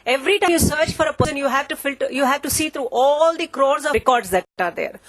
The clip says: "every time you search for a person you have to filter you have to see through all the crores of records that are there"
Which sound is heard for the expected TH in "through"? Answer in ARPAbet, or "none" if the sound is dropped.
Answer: T